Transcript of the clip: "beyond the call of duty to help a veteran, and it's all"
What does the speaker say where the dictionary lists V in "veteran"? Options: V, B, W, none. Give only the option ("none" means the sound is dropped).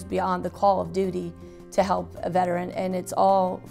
V